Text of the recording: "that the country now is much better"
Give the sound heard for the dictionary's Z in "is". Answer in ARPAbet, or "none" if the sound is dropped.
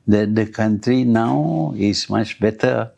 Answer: S